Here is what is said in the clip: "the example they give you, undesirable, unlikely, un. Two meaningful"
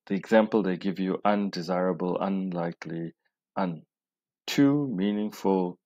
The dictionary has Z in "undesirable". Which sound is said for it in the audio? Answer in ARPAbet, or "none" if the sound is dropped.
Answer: Z